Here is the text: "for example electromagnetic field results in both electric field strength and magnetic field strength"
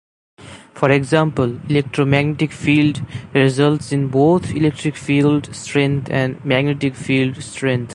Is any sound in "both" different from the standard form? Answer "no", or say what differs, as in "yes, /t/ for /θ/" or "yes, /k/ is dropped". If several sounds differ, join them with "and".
yes, /t/ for /θ/